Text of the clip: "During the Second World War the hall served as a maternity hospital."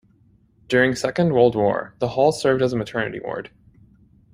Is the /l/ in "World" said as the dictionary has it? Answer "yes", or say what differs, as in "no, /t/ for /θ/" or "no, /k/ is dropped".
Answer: yes